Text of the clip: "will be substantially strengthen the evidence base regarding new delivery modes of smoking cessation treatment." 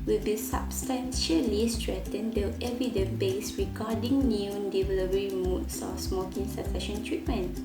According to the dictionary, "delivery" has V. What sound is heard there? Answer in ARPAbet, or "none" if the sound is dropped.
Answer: P